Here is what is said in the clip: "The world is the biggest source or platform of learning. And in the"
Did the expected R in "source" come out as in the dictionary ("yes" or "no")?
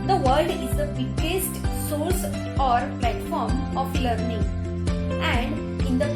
no